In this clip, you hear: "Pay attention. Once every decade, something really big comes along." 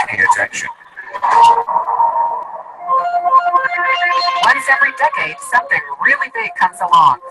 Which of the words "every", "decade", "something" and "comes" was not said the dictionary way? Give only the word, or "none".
none